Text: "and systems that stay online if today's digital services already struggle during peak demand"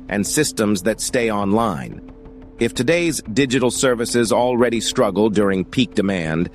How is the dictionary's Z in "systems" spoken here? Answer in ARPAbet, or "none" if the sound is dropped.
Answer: Z